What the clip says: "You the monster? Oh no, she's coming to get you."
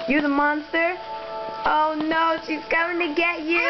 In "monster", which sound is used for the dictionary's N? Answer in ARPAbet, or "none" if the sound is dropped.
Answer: N